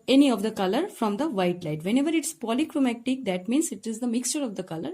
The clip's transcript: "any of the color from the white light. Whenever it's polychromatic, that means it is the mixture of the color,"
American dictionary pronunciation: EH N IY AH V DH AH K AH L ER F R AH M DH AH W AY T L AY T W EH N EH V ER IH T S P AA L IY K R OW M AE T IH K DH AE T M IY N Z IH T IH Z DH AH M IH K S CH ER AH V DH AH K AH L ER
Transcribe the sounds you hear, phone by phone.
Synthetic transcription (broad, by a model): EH N IY AH V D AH K AH L ER F R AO M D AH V AY T L AY T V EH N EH V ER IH T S P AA L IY K R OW M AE T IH K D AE T M IY N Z IH T IH Z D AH M IH K S CH ER AH V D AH K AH L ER